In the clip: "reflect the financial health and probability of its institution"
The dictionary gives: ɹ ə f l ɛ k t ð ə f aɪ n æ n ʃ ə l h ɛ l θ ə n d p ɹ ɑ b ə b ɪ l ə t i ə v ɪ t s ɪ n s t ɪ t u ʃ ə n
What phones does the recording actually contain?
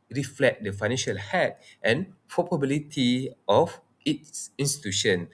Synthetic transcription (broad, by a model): ɹ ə f l ɛ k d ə f aɪ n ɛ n ʃ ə l h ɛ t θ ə n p ɑ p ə b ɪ l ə t i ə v ɪ t s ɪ n s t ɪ t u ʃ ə n